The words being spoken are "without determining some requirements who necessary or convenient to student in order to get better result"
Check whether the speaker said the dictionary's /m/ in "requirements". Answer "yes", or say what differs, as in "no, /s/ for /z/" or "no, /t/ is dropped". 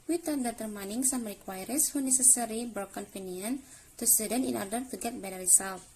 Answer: no, /m/ is dropped